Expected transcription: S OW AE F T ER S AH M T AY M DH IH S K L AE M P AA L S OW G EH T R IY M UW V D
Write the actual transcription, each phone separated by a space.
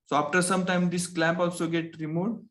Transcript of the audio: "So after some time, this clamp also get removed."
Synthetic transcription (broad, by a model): S OW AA F T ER S AH M T AY M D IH S K L AE M P AA L S OW G EH T R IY M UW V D